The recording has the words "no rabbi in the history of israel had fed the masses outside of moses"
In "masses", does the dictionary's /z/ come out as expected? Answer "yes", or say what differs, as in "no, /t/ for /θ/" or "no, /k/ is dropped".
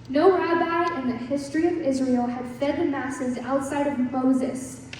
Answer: yes